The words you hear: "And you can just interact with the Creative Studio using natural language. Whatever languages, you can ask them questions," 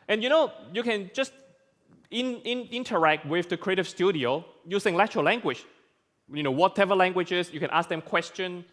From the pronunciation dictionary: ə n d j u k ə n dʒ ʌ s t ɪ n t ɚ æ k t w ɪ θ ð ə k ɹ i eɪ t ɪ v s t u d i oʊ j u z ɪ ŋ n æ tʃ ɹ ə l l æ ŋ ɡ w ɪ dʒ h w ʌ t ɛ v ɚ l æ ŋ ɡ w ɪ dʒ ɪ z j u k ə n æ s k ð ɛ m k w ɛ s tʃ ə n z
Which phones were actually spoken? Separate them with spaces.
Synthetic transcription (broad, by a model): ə n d j u k ə n dʒ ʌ s t ɪ n t ɚ æ k t w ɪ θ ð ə k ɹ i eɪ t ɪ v s t u d i oʊ j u s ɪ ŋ l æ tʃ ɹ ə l l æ ŋ ɡ w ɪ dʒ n w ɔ t ɛ v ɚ l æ ŋ ɡ w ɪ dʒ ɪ s j u k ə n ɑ s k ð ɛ m k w ɛ s tʃ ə n